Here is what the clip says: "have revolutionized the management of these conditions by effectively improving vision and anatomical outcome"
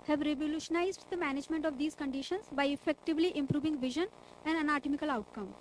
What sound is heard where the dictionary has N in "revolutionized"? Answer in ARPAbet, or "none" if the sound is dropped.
N